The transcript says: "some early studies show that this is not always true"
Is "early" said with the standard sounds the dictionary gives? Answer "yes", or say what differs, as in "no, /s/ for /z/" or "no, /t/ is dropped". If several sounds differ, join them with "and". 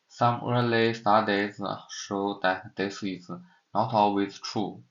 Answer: yes